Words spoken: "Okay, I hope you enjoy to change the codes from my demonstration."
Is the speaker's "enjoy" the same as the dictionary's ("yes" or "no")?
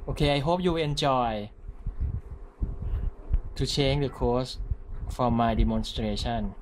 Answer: no